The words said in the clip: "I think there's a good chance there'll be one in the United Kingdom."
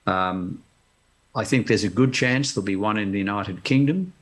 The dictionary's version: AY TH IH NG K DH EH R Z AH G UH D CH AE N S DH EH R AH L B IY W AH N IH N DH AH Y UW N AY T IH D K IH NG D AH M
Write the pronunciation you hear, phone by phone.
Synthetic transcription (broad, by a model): AY TH IH NG K DH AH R Z AH G UH D CH AE N S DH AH L B IY W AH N IH N DH AH Y UW N AY T IH D K IH NG D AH M